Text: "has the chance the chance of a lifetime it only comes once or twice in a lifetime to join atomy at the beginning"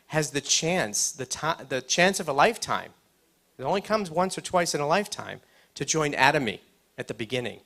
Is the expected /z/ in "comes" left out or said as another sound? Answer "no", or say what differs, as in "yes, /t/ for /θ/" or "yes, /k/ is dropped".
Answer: no